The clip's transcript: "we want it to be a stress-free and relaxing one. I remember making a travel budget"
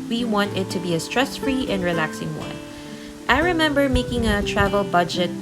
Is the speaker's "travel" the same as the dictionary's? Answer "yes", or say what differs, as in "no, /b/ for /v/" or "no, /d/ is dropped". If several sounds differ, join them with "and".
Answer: yes